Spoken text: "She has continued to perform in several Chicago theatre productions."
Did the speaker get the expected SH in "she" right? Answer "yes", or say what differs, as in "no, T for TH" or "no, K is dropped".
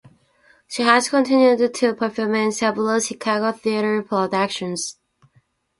yes